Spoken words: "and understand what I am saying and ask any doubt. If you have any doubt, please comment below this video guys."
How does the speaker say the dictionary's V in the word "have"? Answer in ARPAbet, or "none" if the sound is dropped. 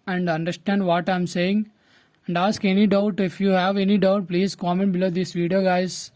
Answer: V